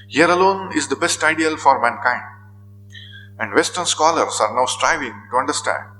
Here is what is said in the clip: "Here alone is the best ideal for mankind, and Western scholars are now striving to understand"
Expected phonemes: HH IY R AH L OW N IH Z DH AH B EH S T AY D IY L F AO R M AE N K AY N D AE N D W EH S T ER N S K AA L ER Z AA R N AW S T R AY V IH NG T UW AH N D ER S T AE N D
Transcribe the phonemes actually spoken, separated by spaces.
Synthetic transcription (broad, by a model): HH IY R AH L OW N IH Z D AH B EH S T AY D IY L F AO R M AE N K AY N D AE N D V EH S T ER N S K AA L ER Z AA R N AW S T R AY V IH NG T UW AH N D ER S T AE N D